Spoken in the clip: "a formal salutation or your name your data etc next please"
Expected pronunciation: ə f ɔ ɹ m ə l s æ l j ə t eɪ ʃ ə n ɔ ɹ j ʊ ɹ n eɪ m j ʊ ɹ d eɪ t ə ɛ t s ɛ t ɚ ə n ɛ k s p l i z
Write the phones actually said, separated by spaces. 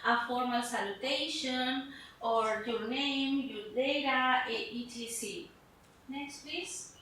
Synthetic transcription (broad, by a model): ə f ɔ ɹ m ə l s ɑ l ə t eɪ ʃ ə n ɔ ɹ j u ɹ n eɪ m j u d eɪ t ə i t i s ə n ɛ k s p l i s